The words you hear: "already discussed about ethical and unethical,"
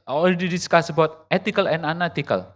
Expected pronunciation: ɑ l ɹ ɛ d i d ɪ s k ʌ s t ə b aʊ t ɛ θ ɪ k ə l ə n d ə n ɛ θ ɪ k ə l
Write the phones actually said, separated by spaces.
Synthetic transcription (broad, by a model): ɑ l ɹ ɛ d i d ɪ s k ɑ s ə b aʊ t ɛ t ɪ k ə l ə n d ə n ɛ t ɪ k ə l